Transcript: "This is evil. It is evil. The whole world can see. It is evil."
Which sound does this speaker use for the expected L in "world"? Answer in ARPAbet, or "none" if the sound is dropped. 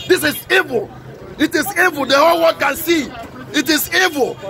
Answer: none